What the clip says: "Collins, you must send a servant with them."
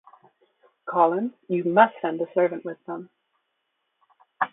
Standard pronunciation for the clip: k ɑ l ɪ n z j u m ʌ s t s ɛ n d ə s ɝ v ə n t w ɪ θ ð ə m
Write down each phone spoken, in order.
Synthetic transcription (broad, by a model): k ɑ l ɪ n j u m ʌ s t s ɛ n d ə s ɝ v ə n t w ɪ ð ə m